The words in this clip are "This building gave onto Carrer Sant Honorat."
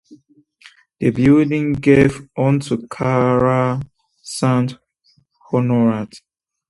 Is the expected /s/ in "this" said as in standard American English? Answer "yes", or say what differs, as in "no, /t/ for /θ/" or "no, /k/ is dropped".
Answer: no, /s/ is dropped